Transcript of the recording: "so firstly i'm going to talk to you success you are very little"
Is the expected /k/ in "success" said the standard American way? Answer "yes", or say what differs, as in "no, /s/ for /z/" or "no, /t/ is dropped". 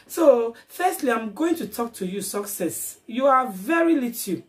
yes